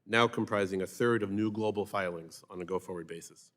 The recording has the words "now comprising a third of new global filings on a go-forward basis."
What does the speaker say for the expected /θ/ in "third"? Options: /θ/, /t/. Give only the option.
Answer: /θ/